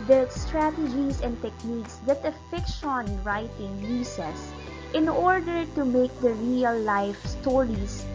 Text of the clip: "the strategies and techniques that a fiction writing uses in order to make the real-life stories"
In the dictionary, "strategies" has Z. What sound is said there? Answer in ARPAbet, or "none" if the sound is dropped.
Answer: S